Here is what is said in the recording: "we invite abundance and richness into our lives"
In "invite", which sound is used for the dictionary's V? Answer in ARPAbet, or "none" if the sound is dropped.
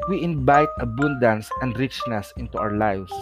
B